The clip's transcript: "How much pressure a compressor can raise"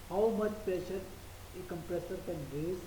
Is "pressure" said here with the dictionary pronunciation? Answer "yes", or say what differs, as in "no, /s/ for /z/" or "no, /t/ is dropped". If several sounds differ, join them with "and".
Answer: no, /ɹ/ is dropped